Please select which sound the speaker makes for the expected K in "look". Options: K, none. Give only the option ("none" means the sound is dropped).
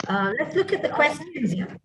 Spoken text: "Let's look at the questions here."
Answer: K